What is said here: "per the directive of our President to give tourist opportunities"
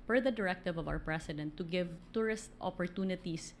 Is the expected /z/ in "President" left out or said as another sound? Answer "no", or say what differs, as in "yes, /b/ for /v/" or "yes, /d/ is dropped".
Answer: yes, /s/ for /z/